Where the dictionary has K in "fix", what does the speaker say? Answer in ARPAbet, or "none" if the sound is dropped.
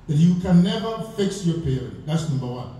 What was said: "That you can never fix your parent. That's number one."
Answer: K